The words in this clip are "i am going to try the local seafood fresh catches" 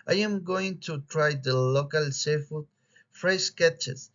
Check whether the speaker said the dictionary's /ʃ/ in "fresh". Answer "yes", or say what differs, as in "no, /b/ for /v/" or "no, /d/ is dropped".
no, /s/ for /ʃ/